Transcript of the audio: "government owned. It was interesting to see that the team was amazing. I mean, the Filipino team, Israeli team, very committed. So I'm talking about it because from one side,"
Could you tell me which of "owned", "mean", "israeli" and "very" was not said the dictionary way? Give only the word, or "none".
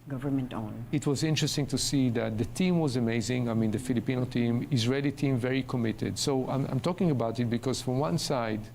owned